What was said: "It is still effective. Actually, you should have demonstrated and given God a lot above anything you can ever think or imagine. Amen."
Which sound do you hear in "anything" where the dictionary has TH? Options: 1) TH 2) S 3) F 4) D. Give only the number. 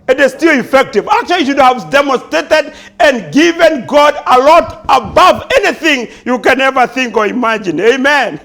1